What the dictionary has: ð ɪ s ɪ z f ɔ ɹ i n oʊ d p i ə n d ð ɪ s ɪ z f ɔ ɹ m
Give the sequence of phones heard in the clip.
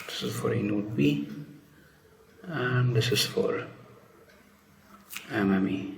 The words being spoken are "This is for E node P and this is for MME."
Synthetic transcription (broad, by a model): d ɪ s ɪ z f ɔ ɹ i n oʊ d b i ə n d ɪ s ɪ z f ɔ ɹ m